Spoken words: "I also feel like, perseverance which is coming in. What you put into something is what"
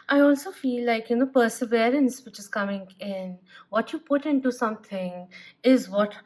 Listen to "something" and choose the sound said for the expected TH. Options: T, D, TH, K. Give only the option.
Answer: T